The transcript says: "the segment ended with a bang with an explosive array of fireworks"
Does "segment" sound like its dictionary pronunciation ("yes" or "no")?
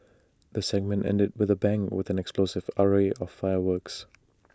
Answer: yes